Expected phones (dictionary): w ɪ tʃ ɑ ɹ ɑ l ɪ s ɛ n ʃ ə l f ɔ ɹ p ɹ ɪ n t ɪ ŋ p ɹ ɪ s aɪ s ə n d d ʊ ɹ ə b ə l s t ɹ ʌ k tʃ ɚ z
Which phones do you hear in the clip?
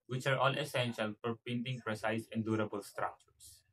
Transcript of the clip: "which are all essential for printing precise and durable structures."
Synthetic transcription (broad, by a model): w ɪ tʃ ɑ ɹ ɑ l ɪ s ɛ n ʃ ə l f ɔ ɹ p ɪ n t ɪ ŋ p ɹ ɪ s aɪ s ə n d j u ɹ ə b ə l s t ɹ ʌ k tʃ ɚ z